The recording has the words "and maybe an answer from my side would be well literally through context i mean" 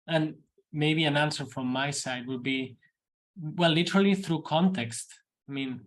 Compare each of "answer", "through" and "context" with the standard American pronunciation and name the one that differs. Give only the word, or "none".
none